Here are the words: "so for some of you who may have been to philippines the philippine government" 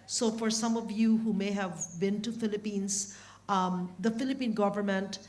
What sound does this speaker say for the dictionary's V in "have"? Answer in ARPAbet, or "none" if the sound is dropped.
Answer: V